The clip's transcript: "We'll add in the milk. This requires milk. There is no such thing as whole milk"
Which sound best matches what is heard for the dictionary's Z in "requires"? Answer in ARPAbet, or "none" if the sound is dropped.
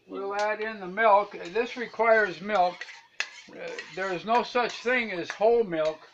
Z